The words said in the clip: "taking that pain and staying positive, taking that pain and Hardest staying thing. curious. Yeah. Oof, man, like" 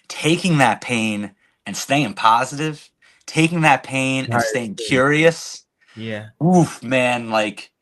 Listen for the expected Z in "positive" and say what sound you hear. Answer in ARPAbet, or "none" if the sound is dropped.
Z